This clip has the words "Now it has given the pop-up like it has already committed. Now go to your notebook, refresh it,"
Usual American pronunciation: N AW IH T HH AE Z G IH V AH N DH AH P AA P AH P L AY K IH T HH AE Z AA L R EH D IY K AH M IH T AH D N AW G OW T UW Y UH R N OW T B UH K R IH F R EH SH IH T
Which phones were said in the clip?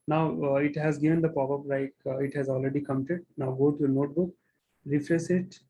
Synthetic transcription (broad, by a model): N AW IH T HH AE Z G IH V AH N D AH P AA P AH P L AY K IH T HH AE Z AA L R EH D IY K AH M IH T AH D N AW G OW T UW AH N OW T B UH K R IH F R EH S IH T